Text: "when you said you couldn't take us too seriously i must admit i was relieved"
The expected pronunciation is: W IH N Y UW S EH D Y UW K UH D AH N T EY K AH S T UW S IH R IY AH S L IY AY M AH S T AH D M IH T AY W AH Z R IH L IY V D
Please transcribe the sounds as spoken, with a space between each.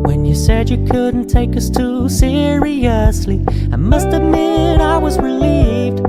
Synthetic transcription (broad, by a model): W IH N Y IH S EH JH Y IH K UH D N T EY K AH S T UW S IH R IY AH S L IY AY M AH S T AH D M IH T AY W AH Z R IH L IY V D